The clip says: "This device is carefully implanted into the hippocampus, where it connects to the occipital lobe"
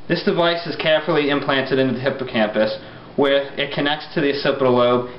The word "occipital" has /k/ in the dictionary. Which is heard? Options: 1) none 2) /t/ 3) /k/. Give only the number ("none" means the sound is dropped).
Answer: 1